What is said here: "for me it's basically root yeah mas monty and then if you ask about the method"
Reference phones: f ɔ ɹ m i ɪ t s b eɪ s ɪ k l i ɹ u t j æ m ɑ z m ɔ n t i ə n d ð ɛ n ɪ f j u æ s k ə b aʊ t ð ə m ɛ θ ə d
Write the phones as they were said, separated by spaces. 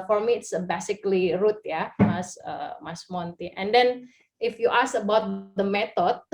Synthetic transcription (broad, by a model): f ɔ ɹ m i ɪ t s b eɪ s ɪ k l i ɹ u t j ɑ m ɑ s m ɔ n t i ə n d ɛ n ɪ f j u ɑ s ə b aʊ t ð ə m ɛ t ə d